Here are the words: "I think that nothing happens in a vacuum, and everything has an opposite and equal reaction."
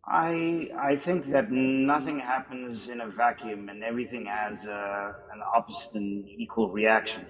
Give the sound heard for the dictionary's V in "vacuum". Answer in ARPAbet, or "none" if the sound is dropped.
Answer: V